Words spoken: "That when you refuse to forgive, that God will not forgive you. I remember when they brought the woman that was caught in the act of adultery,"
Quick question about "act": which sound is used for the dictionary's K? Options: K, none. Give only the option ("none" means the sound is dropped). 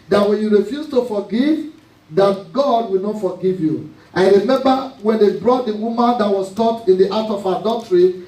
none